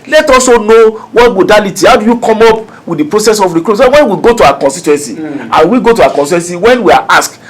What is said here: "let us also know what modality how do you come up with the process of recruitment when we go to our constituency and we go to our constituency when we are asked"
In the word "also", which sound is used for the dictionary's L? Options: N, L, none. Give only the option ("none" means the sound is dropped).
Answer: none